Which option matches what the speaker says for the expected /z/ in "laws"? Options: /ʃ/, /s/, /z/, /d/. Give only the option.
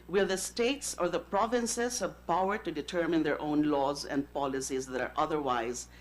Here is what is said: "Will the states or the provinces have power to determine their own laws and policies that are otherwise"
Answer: /z/